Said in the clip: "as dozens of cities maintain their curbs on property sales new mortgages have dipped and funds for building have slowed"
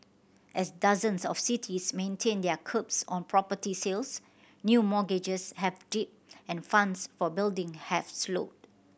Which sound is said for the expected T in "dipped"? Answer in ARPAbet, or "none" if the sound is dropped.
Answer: none